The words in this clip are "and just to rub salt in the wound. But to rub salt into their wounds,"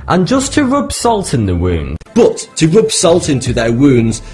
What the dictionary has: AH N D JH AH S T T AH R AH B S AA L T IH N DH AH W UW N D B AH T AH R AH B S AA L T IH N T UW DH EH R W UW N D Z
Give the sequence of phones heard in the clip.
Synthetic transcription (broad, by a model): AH N JH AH S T T AH R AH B S AA L T IH N DH AH W UW N D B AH T AH R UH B S AA L T IH N T UW DH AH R W UW N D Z